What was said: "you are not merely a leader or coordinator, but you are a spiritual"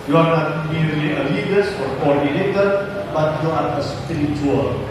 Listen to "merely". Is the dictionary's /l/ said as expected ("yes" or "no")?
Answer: no